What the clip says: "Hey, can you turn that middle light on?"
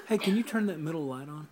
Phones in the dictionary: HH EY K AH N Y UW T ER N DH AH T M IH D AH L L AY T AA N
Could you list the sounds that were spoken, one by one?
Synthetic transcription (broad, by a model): HH EY K AH N Y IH T ER N DH AH T M IH D L L AY T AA N